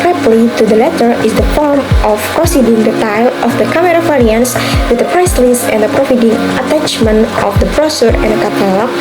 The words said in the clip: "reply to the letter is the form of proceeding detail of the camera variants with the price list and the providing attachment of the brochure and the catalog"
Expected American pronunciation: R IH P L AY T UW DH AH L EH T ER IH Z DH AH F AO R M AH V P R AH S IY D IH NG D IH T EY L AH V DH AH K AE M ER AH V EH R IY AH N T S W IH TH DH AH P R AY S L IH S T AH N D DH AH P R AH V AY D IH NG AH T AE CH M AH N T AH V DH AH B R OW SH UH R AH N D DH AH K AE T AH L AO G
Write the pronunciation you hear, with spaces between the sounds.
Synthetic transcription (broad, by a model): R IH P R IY T UW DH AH L EH T ER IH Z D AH F AO R M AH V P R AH S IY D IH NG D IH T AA L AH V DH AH K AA M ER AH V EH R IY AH N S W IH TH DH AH P R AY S L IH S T AH N D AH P R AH F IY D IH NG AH T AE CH M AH N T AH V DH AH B R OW S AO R AH N D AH K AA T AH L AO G